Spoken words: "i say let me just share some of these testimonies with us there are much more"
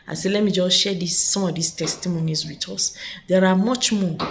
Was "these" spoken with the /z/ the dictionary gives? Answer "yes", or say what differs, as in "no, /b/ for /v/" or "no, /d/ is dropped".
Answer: no, /s/ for /z/